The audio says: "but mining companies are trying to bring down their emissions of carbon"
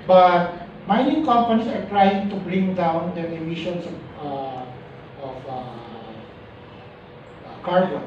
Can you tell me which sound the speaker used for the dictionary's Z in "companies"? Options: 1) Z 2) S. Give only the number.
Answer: 2